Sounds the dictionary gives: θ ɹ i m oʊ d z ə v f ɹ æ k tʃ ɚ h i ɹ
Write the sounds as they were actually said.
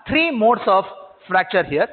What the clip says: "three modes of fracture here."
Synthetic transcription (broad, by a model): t ɹ i m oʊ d s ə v f ɹ æ k tʃ ɚ h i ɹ